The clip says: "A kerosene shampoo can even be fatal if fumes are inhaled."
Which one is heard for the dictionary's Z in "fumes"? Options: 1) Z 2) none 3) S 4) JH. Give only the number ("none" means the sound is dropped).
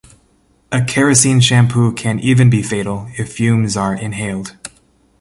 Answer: 1